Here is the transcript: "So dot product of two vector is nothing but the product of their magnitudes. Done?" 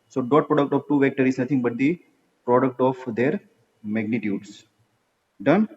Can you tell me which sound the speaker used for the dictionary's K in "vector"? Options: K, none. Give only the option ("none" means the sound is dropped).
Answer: K